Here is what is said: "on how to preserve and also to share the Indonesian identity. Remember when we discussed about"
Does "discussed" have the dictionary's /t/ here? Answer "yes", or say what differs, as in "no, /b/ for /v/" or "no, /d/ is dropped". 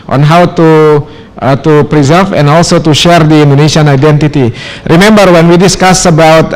no, /t/ is dropped